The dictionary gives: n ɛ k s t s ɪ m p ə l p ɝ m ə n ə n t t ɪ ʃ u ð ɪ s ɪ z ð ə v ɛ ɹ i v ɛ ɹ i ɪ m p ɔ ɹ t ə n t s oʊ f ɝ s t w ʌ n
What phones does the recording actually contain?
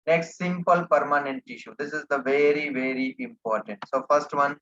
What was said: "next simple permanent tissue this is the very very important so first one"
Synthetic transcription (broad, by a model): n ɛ k s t s ɪ m p ə l p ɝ m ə n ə n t t ɪ ʃ u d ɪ s ɪ z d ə v ɛ ɹ i v ɛ ɹ i ɪ m p ɔ ɹ t ə n t s oʊ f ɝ s t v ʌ n